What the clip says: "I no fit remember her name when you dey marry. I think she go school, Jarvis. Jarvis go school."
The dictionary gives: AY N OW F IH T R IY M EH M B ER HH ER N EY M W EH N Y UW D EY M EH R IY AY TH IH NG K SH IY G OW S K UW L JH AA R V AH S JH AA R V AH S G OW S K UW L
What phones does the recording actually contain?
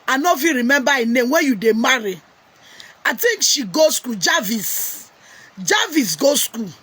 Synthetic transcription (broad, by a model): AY N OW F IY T R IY M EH M B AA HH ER N EY M W EH N Y UW D EY M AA R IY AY T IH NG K SH IY G OW S K UW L JH AA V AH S JH AA V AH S G OW S K UW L